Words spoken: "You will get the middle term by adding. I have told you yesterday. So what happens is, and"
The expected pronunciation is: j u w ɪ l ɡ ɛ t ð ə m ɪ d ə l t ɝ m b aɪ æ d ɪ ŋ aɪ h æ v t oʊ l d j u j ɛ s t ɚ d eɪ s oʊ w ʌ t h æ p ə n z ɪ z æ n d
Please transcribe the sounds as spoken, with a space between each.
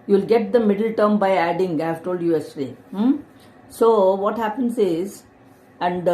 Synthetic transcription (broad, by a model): j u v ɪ l ɡ ɛ t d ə m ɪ d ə l t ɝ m b aɪ æ d ɪ ŋ aɪ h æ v t oʊ l d j u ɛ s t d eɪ s oʊ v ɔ t h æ p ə n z ɪ z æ n d